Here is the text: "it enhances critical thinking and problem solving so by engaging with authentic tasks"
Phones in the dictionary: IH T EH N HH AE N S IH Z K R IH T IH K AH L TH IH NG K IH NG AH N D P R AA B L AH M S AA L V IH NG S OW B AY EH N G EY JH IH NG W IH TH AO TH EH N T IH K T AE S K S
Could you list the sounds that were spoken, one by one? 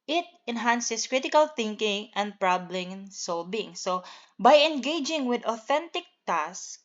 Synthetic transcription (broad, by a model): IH T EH N HH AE N S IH S K R IH T IH K AH L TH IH NG K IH NG AH N D P R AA B L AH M S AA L B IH NG S OW B AY EH N G EY JH IH NG W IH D AO TH EH N T IH K T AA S S